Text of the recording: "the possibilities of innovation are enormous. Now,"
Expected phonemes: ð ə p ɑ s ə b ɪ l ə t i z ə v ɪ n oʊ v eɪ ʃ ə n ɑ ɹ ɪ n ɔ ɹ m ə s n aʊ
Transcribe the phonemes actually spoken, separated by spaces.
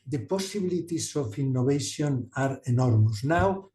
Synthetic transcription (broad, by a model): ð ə p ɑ s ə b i l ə t i s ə f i n oʊ b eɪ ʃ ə n ɑ ɹ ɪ n ɔ ɹ m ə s n aʊ